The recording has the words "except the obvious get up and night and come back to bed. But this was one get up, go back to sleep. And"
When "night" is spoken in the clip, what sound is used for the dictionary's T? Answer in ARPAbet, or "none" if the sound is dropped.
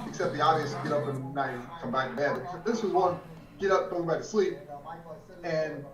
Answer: none